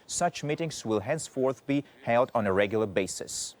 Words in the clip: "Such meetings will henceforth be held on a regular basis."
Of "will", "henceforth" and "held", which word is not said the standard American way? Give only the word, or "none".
none